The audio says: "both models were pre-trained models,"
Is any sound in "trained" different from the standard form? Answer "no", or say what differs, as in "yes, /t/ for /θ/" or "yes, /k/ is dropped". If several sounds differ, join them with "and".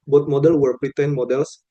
yes, /ɹ/ is dropped